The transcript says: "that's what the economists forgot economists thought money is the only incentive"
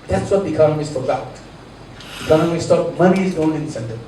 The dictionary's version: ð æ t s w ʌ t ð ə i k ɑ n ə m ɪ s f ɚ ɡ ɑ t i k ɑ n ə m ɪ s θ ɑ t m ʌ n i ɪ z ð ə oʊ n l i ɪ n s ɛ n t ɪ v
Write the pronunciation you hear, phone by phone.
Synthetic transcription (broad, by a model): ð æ t s w ʌ t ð i k ɑ n ə m ɪ s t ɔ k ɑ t i k ɑ n ə m ɪ s t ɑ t m ʌ n i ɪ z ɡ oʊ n i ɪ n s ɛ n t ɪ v